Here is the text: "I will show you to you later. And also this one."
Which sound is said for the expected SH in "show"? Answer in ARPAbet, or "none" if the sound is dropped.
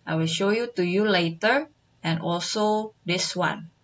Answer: SH